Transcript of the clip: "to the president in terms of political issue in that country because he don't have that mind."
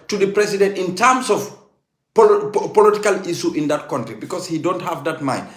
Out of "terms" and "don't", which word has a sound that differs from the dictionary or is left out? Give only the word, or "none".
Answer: terms